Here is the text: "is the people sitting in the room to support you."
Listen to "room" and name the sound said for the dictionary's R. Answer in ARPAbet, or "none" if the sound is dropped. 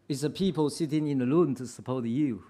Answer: L